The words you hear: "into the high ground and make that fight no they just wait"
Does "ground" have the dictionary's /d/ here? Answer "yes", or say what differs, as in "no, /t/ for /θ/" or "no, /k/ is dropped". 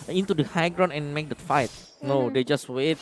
no, /d/ is dropped